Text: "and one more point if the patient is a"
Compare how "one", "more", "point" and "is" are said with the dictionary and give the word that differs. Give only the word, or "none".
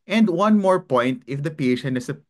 is